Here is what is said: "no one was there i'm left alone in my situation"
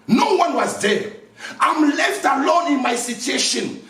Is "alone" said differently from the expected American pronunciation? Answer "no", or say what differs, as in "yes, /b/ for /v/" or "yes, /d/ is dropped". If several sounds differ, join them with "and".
no